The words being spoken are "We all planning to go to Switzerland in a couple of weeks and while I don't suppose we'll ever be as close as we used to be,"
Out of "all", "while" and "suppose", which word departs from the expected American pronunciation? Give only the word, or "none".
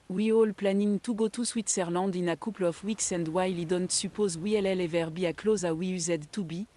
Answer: none